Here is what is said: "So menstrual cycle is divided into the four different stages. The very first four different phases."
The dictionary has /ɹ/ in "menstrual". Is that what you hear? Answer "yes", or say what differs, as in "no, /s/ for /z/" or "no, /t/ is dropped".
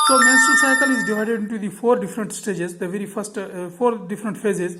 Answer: no, /ɹ/ is dropped